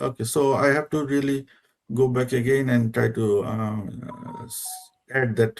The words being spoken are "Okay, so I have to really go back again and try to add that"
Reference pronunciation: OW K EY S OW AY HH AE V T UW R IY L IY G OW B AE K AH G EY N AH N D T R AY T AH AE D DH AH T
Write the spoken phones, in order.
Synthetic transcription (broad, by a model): OW K EY S OW AY HH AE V T UW R IY L IY G OW B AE K AH G EY N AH N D T R AY T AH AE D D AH T